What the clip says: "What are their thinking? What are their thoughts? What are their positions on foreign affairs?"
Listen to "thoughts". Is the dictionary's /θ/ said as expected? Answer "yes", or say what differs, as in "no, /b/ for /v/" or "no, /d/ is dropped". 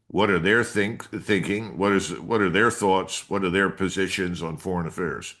yes